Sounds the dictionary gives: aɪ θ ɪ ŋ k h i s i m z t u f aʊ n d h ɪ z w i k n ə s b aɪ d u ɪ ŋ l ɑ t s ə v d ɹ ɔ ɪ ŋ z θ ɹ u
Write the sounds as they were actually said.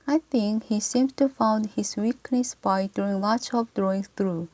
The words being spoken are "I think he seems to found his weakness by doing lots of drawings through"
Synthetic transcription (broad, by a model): aɪ θ ɪ ŋ k h i s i m t u f aʊ n d h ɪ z w i k n ə s b aɪ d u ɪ ŋ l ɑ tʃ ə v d ɹ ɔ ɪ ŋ θ ɹ u